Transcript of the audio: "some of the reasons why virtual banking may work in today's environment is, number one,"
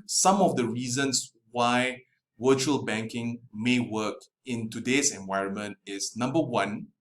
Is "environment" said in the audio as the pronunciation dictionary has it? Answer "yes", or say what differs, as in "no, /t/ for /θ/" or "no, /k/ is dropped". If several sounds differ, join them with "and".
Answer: yes